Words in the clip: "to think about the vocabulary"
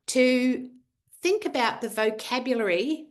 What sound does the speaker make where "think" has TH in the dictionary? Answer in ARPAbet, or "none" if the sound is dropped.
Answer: TH